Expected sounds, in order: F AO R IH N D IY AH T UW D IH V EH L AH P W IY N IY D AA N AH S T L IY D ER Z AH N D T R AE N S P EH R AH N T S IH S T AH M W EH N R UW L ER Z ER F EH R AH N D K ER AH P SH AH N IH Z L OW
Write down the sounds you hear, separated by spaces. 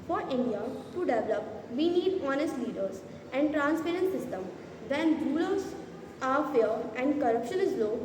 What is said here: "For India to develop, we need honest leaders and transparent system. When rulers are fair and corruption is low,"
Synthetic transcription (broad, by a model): F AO R IH N D IY AH T UW D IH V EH L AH P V IY N IY D AA N AH S T L IY D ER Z AH N D T R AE N S P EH R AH N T S IH S T AH M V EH N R UW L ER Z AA F EH R AH N D K ER AH P SH AH N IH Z L OW